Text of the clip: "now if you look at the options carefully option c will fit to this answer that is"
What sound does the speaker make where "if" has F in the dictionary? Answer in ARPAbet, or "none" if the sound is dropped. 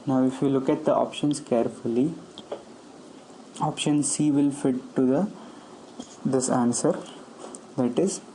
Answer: F